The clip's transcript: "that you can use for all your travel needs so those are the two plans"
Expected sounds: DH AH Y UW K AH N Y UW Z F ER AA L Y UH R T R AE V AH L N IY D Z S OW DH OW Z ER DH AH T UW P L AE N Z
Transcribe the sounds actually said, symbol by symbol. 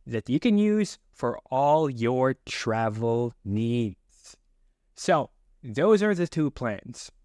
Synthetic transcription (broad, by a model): DH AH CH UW K AH N Y UW Z F ER AA L Y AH R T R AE V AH L N IY D Z S OW DH OW Z ER DH AH T UW P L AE N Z